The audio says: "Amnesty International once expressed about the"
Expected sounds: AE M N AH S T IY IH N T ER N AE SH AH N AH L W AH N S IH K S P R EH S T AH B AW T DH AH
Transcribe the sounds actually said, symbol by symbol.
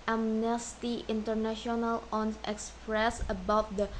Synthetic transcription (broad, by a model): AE M N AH S T IY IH N T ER N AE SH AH N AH L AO N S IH K S P R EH S AH B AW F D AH